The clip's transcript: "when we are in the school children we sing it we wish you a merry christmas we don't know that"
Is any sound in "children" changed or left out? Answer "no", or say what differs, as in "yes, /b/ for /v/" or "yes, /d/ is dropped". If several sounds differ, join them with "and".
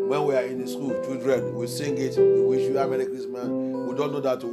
yes, /l/ is dropped